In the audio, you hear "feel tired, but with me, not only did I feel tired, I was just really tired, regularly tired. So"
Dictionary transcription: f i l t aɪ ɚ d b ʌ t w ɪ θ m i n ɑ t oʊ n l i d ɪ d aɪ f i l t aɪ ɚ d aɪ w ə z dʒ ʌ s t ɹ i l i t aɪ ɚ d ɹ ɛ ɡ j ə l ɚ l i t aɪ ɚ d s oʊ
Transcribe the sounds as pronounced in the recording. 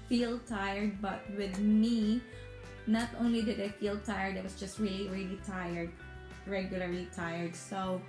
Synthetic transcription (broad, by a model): f i l t aɪ ɚ d b ʌ t w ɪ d m i n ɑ t oʊ n l i d ɪ d aɪ f i l t aɪ ɚ d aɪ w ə s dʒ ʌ s t ɹ i l i t aɪ ɚ d ɹ ɛ ɡ j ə l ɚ l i t aɪ ɚ d s oʊ